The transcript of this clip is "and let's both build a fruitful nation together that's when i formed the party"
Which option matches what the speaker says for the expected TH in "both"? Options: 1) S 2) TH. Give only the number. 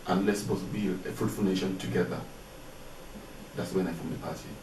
1